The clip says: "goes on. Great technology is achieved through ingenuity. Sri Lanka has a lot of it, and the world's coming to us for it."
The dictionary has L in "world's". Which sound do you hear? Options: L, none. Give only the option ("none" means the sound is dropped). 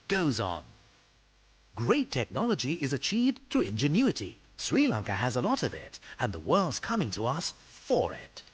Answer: L